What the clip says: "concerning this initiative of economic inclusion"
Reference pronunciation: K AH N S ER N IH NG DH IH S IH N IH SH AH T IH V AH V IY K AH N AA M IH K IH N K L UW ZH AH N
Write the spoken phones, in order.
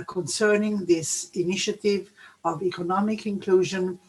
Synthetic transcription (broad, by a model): K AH N S ER N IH NG DH IH S IH N IH SH AH T IH V AH V IY K AH N AA M IH K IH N K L UW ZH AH N